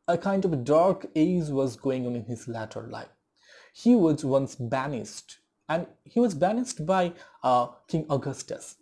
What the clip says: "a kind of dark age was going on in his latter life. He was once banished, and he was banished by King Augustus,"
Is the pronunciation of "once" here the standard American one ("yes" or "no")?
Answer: yes